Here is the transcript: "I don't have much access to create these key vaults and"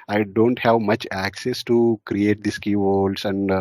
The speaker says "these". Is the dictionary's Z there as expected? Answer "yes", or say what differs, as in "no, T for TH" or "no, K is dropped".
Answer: no, S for Z